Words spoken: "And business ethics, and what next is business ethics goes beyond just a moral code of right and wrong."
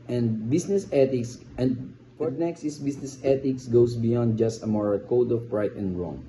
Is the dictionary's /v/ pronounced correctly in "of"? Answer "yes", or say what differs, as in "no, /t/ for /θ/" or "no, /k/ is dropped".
no, /p/ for /v/